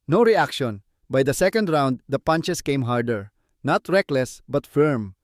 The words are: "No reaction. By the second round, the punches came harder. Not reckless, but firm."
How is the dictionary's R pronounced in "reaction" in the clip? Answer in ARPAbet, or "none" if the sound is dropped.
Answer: R